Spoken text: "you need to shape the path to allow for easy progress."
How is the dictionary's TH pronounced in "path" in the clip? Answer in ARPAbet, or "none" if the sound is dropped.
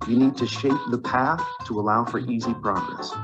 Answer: TH